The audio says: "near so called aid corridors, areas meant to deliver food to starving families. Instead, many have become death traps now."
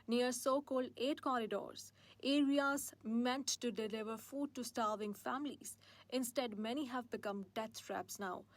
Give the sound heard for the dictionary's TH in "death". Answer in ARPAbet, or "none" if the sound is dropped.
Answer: T